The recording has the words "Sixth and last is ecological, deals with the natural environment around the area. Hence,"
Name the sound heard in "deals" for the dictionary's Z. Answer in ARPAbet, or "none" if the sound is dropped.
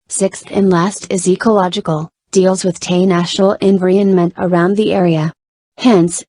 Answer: Z